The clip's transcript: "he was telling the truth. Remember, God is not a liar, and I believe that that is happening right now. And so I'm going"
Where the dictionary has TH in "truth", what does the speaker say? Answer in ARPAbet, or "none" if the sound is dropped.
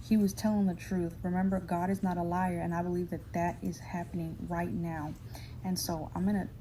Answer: TH